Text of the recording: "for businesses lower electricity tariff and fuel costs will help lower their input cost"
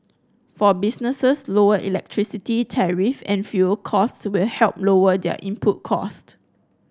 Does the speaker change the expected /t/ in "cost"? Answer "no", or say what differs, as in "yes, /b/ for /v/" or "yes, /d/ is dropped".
no